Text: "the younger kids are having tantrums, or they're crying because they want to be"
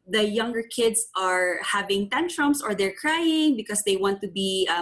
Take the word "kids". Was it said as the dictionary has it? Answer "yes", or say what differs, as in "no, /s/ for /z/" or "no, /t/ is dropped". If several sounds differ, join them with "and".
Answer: no, /s/ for /z/